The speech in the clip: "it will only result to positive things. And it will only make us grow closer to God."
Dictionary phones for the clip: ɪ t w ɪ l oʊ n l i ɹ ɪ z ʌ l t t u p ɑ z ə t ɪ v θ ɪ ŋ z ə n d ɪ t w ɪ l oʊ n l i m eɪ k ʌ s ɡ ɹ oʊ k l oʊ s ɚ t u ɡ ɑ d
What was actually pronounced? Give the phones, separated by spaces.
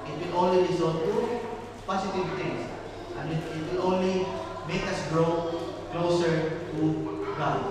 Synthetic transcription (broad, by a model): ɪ t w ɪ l oʊ n l i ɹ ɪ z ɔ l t t u p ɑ s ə t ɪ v t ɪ ŋ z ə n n ɪ t w ɪ l oʊ n l i m eɪ k ʌ s ɡ ɹ oʊ k l oʊ s ɚ t u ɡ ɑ